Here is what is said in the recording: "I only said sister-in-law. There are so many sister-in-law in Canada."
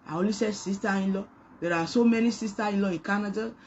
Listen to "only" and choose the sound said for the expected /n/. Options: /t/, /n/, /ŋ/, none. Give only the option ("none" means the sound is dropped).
none